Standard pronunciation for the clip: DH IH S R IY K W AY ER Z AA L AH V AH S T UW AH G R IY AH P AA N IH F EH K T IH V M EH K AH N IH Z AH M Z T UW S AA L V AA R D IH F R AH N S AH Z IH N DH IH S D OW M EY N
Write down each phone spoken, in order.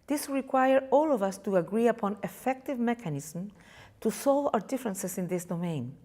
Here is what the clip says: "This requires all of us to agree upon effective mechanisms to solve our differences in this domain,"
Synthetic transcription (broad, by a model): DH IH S R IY K W AY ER AA L AH V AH S T UW AH G R IY AH P AA N IH F EH K T IH V M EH K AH N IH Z M T UW S AA L V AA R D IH F R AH N S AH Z IH N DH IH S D OW M EY N